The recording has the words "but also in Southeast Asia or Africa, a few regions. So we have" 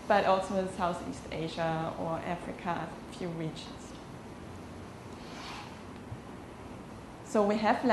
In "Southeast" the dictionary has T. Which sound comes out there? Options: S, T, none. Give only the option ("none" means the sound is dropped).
T